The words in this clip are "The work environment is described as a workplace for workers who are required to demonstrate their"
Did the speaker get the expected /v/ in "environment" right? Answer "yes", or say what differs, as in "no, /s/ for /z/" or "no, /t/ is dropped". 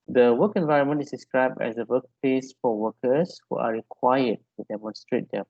yes